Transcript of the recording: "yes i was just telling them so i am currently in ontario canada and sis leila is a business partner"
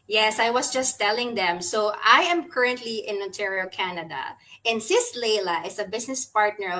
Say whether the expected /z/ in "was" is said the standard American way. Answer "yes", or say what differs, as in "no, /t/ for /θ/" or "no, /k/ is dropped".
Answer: no, /s/ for /z/